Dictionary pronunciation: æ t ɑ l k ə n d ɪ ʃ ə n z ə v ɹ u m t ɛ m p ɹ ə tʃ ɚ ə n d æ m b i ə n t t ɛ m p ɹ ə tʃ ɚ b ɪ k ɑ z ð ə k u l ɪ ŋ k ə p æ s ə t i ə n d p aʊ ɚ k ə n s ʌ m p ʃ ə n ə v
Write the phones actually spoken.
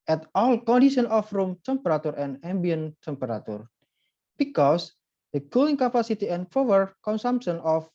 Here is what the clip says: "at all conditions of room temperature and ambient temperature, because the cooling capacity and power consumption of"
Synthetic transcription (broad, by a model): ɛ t ɑ l k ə n d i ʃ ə n ə f ɹ u m t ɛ m p ɹ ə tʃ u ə n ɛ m b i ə n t t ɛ m p ɹ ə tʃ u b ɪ k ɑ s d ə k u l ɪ ŋ k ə p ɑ s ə t i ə n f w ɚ k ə n s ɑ m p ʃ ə n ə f